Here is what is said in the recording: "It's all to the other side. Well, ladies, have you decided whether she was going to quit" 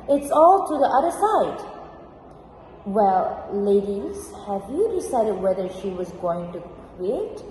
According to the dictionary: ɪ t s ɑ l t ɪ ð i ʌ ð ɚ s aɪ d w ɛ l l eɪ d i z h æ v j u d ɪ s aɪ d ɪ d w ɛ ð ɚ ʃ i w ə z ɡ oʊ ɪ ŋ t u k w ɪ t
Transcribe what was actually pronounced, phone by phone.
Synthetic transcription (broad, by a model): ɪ t s ɑ l t ɪ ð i ʌ ð ɚ s aɪ d w ɛ l l eɪ d i z h æ v j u d ɪ s aɪ d ɪ d w ɛ ð ɚ ʃ i w ə z ɡ oʊ ɪ ŋ t u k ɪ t